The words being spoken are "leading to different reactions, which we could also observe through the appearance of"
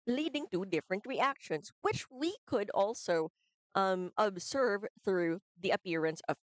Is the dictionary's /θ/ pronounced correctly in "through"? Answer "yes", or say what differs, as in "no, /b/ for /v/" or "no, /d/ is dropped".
yes